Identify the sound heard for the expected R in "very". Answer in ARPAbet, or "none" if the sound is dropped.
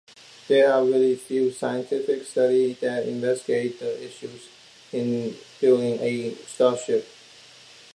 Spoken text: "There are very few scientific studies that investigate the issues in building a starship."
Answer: L